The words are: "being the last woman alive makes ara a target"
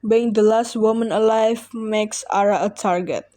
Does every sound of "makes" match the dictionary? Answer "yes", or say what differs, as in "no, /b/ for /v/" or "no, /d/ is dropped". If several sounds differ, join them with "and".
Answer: yes